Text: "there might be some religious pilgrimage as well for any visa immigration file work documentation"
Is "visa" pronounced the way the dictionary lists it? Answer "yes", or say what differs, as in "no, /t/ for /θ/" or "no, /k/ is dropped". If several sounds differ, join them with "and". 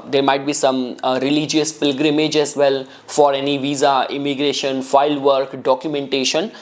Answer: yes